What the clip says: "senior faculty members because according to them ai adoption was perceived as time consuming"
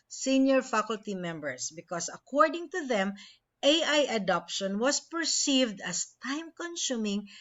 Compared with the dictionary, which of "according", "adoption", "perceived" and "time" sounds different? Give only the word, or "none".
none